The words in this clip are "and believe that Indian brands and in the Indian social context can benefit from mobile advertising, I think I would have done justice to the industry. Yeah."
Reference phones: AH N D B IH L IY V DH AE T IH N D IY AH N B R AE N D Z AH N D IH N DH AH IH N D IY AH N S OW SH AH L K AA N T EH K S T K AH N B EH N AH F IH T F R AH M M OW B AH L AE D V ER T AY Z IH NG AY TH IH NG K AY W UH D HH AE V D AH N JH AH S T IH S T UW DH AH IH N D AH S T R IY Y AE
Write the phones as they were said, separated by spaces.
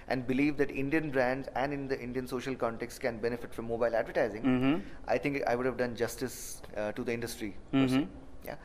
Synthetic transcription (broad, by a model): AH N D B IH L IY V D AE T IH N D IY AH N B R AE N D Z AH N D IH N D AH IH N D IY AH N S OW SH AH L K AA N T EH K S K AH N B EH N AH F IH T F R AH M M OW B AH L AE D V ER T AY Z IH NG AY T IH NG K AY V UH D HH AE V D AH N JH AH S T IH S T UW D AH IH N D AH S T R IY Y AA